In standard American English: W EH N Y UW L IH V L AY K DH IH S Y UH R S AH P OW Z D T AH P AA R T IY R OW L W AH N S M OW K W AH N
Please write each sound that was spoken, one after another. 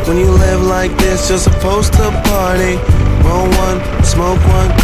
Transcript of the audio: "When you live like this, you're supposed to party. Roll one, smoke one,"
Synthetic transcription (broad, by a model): W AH N Y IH L IH V L AY K DH IH S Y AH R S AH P OW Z T AH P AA R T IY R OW N W AH N S M OW K W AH N